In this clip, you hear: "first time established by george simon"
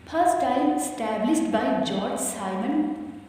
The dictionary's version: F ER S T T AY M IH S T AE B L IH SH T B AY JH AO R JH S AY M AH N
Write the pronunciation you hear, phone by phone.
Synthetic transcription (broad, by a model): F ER S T T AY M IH S T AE B L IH S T B AY JH AO R JH S AY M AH N